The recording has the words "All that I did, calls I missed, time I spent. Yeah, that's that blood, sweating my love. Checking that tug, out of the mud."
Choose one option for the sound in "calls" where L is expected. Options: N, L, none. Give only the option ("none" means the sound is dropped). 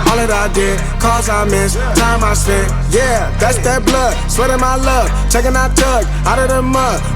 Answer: none